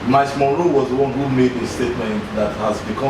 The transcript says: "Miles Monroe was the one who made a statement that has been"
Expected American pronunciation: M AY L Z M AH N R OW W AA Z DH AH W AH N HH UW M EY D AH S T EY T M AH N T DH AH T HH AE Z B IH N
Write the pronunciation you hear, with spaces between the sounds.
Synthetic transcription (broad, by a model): M AY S M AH R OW W AA Z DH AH W AH N HH UW M EY D AH S T EY T M AH N T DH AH T HH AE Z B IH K